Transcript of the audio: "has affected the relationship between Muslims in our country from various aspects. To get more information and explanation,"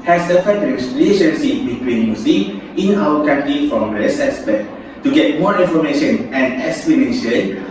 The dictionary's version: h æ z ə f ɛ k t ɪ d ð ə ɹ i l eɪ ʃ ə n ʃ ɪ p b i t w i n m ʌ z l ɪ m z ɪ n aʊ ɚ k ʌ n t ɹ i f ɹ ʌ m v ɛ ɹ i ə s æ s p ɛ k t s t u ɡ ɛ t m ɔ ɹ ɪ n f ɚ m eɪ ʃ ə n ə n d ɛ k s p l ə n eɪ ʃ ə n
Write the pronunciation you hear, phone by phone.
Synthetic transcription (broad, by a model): h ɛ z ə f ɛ t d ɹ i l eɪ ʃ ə n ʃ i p b i t w i n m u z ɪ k ɪ n aʊ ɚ k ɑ n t ɹ i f ɹ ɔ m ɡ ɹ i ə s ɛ s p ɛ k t t u ɡ ɛ t m ɔ ɹ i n f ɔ m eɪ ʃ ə n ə n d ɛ k s p l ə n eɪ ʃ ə n